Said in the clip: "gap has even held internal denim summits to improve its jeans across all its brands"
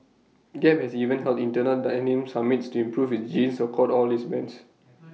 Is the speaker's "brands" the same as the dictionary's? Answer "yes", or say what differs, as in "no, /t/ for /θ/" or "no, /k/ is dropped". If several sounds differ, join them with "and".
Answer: no, /ɹ/ is dropped